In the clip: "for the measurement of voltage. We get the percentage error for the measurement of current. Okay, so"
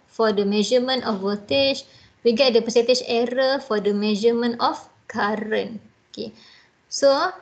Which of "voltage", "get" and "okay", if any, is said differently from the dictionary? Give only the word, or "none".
voltage